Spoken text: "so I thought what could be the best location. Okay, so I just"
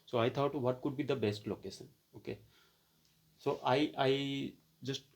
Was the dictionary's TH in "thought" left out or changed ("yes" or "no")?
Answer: yes